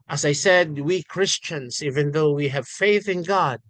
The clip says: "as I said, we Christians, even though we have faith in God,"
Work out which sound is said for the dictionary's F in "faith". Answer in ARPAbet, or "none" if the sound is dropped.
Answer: F